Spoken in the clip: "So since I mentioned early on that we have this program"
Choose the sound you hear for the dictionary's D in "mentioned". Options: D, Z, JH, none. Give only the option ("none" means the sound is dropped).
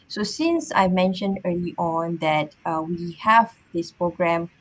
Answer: D